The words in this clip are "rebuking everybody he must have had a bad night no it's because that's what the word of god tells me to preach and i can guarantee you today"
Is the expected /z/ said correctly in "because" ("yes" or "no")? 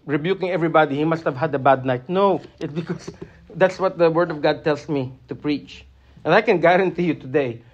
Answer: no